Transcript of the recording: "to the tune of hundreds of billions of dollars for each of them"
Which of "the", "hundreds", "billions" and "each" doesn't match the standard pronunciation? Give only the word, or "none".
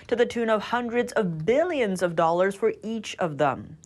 none